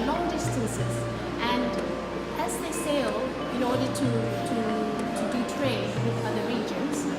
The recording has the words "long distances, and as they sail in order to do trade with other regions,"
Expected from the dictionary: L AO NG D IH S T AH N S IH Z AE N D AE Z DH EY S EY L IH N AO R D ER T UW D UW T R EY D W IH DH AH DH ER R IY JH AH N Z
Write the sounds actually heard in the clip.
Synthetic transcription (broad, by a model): L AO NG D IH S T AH S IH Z AE N D AE Z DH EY S EY L IH N AO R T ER T UW D UW T R EY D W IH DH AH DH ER R IY JH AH N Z